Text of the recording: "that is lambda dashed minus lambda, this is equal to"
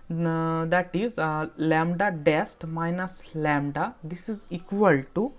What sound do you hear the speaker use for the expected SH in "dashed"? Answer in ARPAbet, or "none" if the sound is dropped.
S